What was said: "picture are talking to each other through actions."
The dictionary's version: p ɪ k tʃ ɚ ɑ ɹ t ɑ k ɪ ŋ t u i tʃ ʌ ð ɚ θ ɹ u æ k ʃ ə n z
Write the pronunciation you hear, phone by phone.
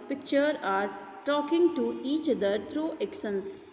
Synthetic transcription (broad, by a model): p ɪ k tʃ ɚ ɑ ɹ t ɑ k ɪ ŋ t u i tʃ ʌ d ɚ t ɹ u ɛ k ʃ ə n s